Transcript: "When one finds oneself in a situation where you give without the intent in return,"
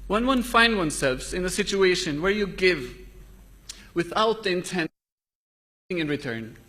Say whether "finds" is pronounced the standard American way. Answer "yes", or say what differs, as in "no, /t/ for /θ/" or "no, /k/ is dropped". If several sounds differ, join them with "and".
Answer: no, /z/ is dropped